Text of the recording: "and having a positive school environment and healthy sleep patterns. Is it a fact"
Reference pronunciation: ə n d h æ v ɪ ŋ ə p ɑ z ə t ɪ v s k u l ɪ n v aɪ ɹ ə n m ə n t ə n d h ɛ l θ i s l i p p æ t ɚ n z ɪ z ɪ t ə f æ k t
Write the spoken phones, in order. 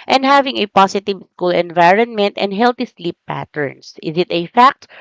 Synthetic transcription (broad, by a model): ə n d h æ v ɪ ŋ ə p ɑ s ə t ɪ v s k u l ɪ n v aɪ ɹ ə n m ə n t ə n d h ɛ l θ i s l i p p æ t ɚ n s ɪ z ɪ t ə f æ k t